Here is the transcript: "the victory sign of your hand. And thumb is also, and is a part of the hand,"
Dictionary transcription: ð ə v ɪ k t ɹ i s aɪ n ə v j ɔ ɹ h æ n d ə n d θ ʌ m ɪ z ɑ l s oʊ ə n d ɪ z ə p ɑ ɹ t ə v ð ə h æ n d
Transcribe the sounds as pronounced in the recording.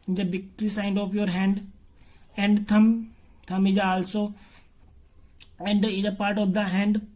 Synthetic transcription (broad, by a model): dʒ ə b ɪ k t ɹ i s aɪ n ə p j ɔ ɹ h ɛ n d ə n d t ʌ m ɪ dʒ ɑ l s oʊ ə n d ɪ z ə p ɑ ɹ t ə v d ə h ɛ n d